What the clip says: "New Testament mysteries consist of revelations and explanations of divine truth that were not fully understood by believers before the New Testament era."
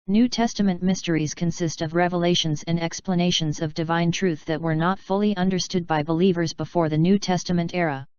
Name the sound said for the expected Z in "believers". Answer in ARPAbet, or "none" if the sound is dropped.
Z